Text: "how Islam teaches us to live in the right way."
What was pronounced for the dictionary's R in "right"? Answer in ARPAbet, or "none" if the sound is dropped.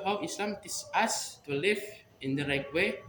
R